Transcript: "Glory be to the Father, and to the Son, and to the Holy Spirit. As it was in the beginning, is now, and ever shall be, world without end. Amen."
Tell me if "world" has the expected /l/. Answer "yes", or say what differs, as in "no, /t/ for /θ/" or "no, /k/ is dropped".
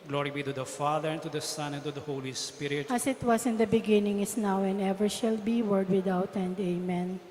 no, /l/ is dropped